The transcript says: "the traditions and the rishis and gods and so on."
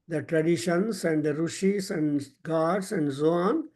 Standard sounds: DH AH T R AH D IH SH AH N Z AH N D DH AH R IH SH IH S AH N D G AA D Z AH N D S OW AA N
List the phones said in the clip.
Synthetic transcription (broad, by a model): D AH T R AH D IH SH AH N S AH N D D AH R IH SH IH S AH N D G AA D S AH N D S OW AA N